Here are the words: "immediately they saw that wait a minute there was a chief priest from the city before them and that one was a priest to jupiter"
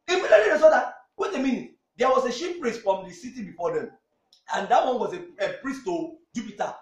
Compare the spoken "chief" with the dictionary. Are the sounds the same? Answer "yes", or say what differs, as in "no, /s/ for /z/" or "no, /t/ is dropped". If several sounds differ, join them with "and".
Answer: no, /ʃ/ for /tʃ/ and /p/ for /f/